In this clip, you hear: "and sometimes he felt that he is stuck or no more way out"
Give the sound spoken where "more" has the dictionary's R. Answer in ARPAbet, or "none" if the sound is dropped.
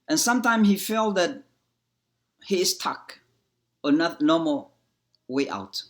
L